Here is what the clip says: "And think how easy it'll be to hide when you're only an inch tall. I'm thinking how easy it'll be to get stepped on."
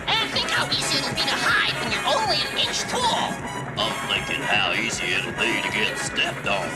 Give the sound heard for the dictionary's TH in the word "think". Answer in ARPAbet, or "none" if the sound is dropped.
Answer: TH